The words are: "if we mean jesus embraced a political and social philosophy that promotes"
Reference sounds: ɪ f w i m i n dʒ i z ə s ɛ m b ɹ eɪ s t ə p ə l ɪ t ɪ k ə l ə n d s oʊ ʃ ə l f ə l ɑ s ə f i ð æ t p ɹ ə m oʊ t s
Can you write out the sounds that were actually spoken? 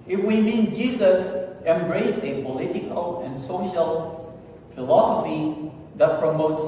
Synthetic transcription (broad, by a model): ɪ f w i m i n dʒ i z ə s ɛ m b ɹ eɪ s ə p ə l ɪ t ɪ k ə l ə n s oʊ ʃ ə l f ə l ɑ s ə f i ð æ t p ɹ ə m oʊ t s